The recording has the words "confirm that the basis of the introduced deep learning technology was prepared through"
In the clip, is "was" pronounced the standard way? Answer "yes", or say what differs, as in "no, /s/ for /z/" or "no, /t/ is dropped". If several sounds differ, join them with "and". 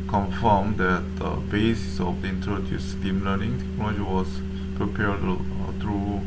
no, /s/ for /z/